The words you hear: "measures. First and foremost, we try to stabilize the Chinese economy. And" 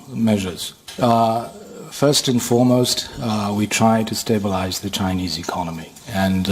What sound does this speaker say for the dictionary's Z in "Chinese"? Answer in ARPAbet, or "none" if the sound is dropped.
Z